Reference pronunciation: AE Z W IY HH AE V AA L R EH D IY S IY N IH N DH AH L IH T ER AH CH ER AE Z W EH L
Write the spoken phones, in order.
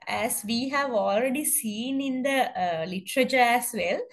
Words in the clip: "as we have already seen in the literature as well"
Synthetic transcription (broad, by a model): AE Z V IY HH AE V AA L R EH D IY S IY N IH N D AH L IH T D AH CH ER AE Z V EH L